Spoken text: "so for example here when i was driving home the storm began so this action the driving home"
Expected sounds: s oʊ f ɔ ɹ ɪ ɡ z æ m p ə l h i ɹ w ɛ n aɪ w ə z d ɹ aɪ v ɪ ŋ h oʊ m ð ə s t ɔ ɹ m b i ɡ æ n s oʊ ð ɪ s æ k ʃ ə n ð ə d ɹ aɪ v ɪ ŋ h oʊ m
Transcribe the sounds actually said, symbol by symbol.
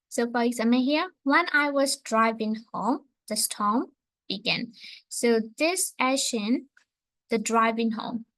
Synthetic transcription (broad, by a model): s oʊ f ɔ ɹ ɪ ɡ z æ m ə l h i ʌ w ɛ n aɪ w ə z d ɹ aɪ v ɪ ŋ h oʊ m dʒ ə s t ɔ m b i ɡ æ n s oʊ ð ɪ s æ ʃ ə n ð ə d ɹ aɪ v ɪ ŋ h oʊ m